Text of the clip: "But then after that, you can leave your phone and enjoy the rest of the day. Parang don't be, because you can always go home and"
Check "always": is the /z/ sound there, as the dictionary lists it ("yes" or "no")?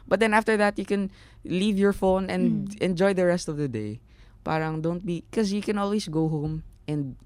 no